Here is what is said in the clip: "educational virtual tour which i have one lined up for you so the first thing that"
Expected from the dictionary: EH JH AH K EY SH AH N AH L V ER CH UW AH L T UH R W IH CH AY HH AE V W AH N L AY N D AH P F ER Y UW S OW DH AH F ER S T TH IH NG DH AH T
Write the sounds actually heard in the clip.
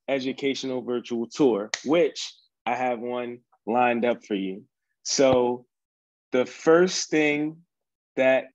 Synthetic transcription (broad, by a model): EH JH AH K EY SH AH N L V ER CH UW L T UH R W IH CH AY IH V W AH N L AY N D AH P F ER Y UW S OW DH AH F ER S TH IH NG DH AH T